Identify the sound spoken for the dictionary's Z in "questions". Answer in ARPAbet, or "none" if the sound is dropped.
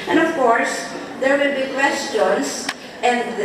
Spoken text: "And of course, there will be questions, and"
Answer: S